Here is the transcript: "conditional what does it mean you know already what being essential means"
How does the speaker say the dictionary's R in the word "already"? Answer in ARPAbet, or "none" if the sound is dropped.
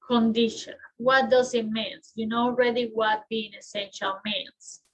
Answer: R